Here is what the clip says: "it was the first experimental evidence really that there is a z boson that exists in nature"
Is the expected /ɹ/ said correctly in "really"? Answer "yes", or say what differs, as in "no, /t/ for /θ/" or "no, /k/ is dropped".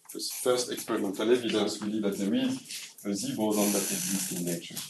no, /w/ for /ɹ/